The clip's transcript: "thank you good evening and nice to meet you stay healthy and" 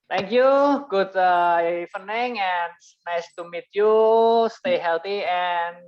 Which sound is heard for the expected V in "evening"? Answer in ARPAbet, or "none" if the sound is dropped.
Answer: F